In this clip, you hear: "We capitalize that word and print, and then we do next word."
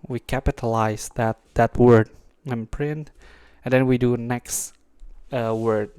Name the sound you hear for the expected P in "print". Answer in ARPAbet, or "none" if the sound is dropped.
P